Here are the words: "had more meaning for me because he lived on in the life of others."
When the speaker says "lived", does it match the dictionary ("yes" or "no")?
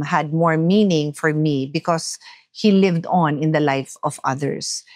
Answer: yes